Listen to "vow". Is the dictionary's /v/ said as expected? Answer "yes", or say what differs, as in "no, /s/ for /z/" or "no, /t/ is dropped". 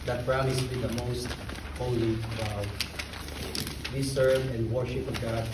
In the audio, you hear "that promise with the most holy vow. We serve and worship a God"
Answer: no, /b/ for /v/